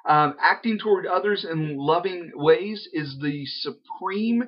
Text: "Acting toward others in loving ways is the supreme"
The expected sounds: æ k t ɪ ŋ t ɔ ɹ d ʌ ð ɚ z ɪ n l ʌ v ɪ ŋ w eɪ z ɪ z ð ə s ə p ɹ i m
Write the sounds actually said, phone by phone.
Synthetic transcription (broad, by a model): æ k t ɪ ŋ t ɔ ɹ d ʌ ð ɚ z ɪ n l ʌ v ɪ ŋ w eɪ z ɪ z ð ə s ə p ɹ i m